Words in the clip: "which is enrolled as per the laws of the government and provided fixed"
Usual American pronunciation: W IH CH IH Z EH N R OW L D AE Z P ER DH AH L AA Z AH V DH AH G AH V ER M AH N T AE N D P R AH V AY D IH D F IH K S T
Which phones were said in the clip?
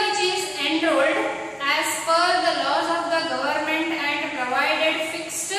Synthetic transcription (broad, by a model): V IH CH IH Z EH N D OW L D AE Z F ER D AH L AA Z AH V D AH G AH V ER M AH N T AE N D P R AH V AY D IH D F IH K S T